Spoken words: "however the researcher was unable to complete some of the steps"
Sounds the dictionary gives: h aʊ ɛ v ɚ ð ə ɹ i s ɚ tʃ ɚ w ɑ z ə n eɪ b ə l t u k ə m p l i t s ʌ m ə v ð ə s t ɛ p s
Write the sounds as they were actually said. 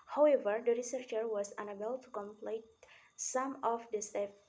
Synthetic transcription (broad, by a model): h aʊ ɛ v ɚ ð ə ɹ i s ɚ tʃ ɚ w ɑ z ə n eɪ b ə l t u k ə m p l i t s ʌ m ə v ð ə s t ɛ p